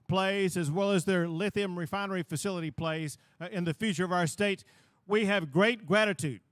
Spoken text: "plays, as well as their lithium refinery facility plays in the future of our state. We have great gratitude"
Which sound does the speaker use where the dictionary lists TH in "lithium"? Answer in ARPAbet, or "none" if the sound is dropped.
TH